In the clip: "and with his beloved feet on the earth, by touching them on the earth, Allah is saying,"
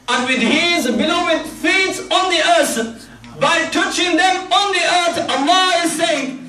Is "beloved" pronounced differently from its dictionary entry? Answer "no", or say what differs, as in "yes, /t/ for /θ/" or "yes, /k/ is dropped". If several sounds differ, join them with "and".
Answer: yes, /w/ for /v/